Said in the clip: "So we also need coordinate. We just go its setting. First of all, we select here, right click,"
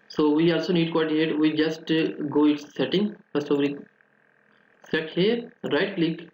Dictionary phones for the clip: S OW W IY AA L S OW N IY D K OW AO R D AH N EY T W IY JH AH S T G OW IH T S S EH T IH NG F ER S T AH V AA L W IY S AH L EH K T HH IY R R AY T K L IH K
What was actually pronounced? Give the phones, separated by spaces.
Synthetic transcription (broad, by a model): S OW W IY AA L S OW N IY D K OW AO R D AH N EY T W IY JH AH S T G OW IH T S S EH T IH NG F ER S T AH V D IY S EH T HH IY R R AY T L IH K